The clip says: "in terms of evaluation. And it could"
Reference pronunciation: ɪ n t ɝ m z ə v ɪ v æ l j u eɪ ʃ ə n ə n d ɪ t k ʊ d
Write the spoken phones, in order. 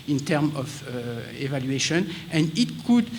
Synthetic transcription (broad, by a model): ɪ n t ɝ m ə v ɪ v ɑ l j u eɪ ʃ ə n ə n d ɪ t k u d